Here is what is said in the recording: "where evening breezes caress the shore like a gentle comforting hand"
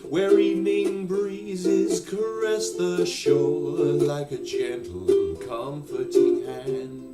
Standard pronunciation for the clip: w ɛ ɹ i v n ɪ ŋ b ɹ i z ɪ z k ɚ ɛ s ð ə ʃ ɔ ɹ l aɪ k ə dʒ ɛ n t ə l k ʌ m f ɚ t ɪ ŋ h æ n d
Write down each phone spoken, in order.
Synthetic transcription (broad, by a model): w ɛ ɹ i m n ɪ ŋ b ɹ i z ɪ z k ɚ ɛ s ð ə ʃ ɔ l l aɪ k ə dʒ ɛ n t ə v k ʌ m f ɚ t ɪ ŋ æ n